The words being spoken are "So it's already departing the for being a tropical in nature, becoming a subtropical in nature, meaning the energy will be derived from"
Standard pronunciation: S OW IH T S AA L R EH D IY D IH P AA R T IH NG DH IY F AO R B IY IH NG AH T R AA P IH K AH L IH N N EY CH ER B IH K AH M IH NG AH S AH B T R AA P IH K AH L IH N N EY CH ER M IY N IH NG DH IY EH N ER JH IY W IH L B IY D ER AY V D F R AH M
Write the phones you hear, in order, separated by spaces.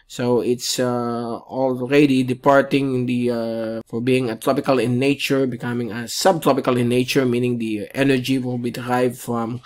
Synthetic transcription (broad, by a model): S OW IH T S AA L R EH D IY D IH P AA R T IH NG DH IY F AO R B IY IH NG AH T R AA P IH K AH L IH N N EY CH ER B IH K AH M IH NG AH S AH B T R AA P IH K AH L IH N N EY CH ER M IY N IH NG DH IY EH N ER JH IY W IH L B IY D ER AY V D F R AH M